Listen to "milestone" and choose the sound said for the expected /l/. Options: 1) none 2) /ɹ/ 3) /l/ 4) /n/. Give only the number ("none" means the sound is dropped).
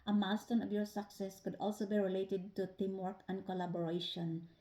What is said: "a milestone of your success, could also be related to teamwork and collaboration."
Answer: 1